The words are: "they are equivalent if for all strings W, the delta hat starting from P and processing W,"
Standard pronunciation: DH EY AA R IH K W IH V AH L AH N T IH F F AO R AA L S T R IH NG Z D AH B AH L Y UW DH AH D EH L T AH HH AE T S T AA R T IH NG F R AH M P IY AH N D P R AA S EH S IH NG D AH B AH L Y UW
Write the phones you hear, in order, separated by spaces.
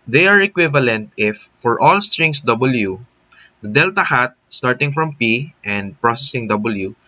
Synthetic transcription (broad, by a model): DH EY AA R IH K W IH V AH L AH N T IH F F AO R AA L S T R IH NG S D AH B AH L Y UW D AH D EH L T AH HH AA T S T AA R T IH NG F R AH M P IY AH N D P R AA S EH S IH NG D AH B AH L Y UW